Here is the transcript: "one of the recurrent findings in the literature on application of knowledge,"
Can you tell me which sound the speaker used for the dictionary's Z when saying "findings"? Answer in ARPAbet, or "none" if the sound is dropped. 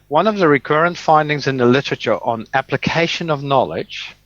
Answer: Z